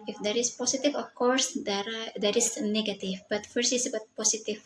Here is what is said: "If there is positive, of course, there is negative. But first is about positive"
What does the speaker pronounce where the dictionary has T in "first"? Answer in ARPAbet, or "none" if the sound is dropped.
none